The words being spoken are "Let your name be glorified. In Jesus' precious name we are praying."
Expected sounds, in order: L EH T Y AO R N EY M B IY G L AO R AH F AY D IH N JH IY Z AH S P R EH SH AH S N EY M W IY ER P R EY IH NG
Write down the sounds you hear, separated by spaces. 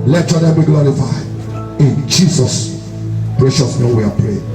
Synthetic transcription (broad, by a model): L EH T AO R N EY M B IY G L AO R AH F AY IH N JH IY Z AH S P R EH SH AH S N EY M W IY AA P R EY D